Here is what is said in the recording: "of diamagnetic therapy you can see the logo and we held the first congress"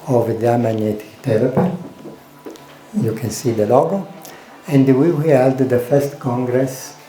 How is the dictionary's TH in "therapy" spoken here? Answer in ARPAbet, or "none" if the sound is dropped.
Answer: T